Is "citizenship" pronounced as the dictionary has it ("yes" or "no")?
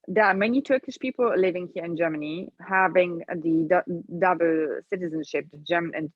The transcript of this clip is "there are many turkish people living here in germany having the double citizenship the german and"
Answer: yes